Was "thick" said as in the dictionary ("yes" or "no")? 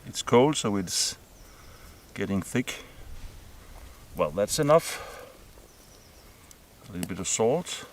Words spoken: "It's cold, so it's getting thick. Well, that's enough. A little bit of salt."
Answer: yes